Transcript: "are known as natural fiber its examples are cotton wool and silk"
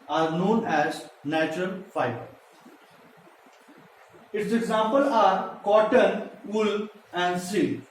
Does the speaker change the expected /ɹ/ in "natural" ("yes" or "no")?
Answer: no